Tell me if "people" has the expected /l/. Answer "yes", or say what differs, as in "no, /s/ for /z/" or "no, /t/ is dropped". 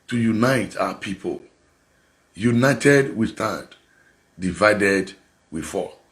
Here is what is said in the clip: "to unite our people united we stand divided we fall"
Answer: yes